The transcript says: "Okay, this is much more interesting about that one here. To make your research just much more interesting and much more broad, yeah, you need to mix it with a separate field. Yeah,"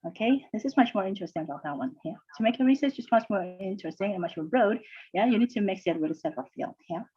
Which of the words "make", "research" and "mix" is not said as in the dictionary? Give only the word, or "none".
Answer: research